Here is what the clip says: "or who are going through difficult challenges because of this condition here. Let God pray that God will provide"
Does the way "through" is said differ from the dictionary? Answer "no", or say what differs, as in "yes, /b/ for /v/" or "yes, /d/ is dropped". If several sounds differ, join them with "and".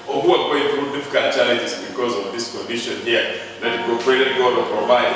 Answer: yes, /t/ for /θ/